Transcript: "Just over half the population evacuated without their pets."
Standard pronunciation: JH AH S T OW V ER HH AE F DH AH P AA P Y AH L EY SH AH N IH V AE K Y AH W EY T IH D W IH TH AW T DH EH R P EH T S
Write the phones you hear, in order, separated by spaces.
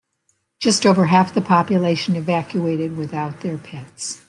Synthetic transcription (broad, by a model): JH AH S T OW V ER HH AE F DH AH P AA P Y AH L EY SH AH N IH V AE K Y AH EY T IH D W IH TH AW T DH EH R P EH T S